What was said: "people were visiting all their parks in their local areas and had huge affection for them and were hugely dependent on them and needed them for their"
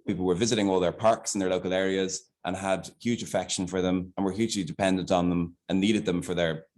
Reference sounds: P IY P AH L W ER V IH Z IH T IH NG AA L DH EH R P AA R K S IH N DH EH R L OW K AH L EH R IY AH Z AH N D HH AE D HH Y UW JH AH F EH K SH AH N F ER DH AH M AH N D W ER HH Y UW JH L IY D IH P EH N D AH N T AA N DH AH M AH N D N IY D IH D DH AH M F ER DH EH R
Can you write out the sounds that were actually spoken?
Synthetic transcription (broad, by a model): P IY P L W ER V IH Z IH T IH NG AA L DH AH R P AA R K S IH N DH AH R L OW K AH L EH R IY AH Z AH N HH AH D HH Y UW JH AH F EH K SH AH N F ER DH AH M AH N W ER HH Y UW JH L IY D IH P EH N D AH N T N DH AH M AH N N IY D IH D DH AH M F ER DH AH R